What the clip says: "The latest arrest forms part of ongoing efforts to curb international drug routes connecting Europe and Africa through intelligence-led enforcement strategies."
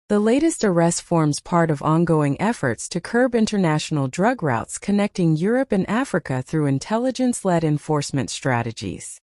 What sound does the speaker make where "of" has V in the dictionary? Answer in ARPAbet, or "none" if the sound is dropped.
V